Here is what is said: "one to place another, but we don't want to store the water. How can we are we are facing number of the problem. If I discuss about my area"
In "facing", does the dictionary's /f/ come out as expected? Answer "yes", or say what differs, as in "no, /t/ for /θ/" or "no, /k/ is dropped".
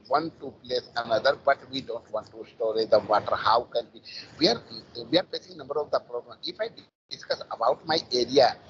no, /p/ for /f/